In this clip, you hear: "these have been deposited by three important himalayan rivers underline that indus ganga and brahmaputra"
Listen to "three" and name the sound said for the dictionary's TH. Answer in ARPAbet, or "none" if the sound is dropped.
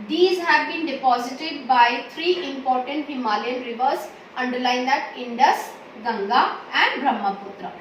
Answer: T